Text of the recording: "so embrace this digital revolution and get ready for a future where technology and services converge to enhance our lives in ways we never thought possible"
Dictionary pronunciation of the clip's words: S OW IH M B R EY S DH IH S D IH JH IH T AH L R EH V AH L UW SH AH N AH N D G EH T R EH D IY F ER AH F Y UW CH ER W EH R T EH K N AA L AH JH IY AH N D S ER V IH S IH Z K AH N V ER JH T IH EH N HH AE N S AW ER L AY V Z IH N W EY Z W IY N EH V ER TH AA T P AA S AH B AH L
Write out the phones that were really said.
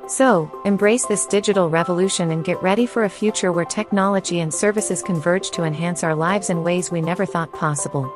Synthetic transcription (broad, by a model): S OW IH M B R EY S DH IH S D IH JH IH T L R EH V AH L UW SH AH N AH N G EH T R EH D IY F ER AH F Y UW CH ER W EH R T EH K N AA L AH JH IY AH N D S ER V IH S IH Z K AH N V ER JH T IH EH N HH AE N S AW ER L AY V Z IH N W EY Z W IY N EH V ER TH AA T P AA S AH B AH L